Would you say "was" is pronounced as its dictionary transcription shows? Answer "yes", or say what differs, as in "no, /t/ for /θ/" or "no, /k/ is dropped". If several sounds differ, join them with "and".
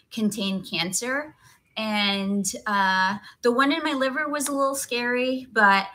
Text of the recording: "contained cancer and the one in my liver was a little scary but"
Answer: yes